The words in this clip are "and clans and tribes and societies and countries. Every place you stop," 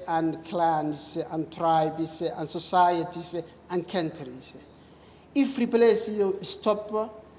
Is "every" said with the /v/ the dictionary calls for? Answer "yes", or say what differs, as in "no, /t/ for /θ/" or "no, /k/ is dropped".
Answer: no, /f/ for /v/